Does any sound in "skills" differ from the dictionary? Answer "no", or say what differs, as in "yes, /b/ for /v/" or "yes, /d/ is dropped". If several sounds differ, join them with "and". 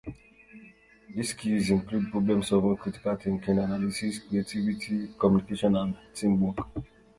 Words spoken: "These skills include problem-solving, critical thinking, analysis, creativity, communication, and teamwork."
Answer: yes, /l/ is dropped